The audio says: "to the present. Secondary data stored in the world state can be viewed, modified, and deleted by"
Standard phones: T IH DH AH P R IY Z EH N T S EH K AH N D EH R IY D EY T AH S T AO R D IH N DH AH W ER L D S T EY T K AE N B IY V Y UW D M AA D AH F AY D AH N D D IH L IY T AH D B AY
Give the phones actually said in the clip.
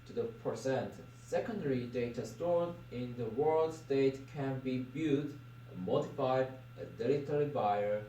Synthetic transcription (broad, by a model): T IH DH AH P R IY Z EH N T S EH K AH N D EH R IY D EY T AH S T AO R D IH N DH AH W ER L D S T EY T K AE N B IY B Y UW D M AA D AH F AY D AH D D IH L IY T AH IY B AY